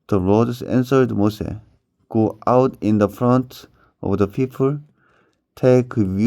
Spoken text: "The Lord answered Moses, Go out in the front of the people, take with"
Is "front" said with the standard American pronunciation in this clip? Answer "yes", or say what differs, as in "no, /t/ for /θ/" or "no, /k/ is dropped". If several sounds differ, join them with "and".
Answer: yes